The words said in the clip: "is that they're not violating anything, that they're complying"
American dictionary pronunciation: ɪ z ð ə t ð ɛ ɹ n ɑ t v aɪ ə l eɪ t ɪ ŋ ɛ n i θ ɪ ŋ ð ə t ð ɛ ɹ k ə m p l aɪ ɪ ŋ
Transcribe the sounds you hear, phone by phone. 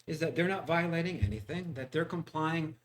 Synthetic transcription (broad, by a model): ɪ z ð ə t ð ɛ ɹ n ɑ t v aɪ ə l eɪ t ɪ ŋ ɛ n i θ ɪ ŋ ð ə t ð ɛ ɹ k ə m p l aɪ ɪ ŋ